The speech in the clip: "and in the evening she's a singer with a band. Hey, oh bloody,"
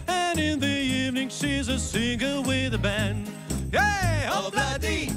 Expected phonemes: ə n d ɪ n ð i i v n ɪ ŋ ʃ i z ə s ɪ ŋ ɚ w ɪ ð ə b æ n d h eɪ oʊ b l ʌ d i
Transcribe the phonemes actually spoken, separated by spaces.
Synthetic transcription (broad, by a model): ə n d ɪ n ð i i v n ɪ ŋ ʃ i z ə s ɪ ŋ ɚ w ɪ ð ə b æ n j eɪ oʊ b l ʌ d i